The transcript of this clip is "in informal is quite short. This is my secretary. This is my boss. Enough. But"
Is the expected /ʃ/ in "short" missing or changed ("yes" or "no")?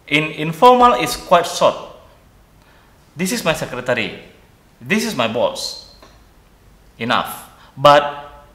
yes